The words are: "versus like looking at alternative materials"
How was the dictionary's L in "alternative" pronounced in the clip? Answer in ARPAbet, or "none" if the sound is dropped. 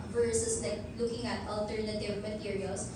L